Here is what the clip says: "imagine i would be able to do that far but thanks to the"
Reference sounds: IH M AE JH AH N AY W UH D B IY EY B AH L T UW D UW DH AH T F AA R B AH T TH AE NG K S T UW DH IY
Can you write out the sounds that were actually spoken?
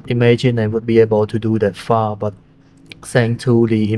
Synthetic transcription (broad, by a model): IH M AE JH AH N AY W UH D B IY EY B AH L T UW D UW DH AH T F AA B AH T S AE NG T UW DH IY